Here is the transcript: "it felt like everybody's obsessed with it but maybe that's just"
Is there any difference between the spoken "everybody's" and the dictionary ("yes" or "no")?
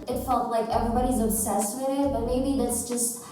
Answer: no